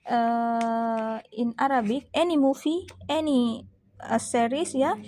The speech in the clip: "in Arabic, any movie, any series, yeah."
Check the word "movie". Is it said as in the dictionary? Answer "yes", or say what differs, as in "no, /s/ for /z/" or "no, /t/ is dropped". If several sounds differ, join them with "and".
no, /f/ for /v/